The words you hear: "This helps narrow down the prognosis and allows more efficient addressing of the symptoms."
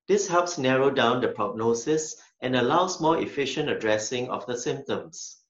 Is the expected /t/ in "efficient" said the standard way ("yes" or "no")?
yes